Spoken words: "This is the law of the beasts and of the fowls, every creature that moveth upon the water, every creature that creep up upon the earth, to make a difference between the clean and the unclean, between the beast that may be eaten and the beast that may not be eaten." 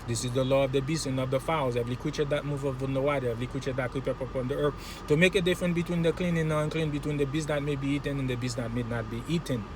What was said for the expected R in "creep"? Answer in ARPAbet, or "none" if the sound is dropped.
none